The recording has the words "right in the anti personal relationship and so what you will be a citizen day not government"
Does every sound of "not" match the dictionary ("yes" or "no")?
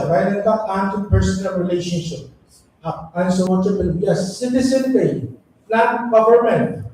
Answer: no